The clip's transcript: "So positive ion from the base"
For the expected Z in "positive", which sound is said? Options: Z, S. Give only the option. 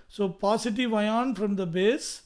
S